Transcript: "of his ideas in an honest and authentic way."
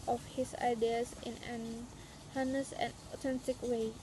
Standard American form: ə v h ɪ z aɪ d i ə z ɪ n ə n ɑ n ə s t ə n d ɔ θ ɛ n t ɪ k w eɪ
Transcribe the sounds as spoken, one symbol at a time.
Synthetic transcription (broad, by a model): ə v h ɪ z aɪ d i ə s ɪ n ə n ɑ n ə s ə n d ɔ t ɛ n t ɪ k w eɪ